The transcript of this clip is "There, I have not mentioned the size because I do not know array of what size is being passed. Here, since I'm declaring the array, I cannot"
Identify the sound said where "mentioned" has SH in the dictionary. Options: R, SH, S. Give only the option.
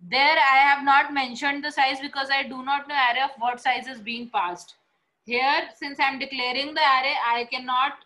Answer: SH